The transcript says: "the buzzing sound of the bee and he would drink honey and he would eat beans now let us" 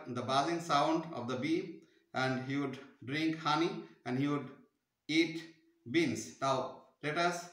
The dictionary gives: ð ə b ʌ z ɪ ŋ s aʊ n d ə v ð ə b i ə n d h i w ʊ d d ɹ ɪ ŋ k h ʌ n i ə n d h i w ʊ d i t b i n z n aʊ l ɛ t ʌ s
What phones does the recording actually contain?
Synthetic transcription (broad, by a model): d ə b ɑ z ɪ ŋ s aʊ n d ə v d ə b i ə n d h i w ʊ d d ɹ ɪ ŋ k h ʌ n i ə n d h i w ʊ d i t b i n s n aʊ l ɛ t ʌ s